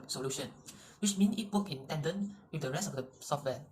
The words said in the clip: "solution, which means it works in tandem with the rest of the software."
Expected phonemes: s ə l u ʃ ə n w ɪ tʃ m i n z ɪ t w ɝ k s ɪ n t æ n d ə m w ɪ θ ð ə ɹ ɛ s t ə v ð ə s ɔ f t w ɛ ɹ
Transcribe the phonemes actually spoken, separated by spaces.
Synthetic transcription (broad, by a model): s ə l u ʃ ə n w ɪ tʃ m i n s ɪ t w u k ɪ n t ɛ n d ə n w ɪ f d ə ɹ ɛ s t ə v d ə s ɔ f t w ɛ